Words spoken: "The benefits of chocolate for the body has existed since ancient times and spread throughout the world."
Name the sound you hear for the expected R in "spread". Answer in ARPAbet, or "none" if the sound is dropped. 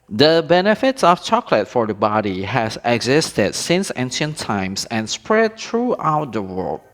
R